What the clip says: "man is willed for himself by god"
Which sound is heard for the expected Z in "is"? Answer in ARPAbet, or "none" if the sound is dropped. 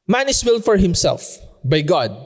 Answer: S